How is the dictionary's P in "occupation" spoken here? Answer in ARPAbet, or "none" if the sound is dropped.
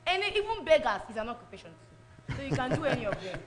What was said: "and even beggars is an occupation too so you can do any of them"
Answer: P